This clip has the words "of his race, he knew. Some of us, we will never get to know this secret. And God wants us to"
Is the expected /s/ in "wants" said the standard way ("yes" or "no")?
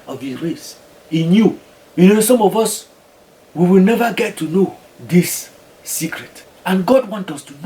no